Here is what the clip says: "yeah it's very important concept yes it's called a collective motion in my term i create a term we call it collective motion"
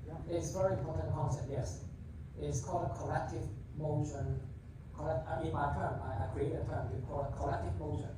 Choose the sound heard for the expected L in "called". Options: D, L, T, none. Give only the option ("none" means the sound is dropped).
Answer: L